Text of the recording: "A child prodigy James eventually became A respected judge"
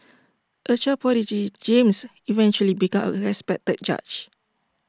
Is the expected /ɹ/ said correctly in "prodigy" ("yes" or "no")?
no